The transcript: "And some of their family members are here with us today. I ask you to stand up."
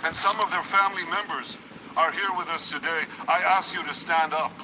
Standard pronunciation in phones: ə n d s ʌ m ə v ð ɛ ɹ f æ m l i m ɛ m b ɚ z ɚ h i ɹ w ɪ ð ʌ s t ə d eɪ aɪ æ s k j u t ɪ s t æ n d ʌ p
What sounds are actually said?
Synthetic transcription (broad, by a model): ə n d s ʌ m ə v ð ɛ ɹ f æ m l i m ɛ m b ɚ z ɚ h i ɹ w ɪ ð ʌ s t ə d eɪ aɪ æ s k j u t ɪ s t æ n d ʌ p